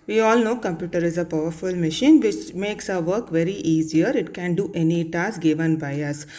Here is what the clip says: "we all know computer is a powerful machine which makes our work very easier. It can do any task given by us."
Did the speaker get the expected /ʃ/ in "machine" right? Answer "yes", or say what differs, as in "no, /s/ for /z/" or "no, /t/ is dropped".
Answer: yes